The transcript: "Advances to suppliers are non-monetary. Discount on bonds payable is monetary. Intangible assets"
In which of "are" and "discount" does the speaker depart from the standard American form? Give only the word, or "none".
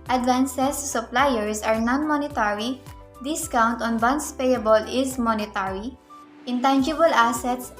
none